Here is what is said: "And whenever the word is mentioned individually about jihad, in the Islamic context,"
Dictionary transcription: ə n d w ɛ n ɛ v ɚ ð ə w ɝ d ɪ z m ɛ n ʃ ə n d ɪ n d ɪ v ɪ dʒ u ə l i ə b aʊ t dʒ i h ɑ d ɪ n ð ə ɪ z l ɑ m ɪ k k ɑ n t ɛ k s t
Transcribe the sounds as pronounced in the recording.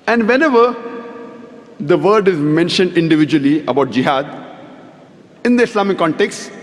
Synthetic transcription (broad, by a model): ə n d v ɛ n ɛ v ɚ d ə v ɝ d ɪ z m ɛ n ʃ ə n d ɪ n d ɪ v ɪ dʒ u ə l i ə b aʊ t dʒ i h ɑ d ɪ n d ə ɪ s l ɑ m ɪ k k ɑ n t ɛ k s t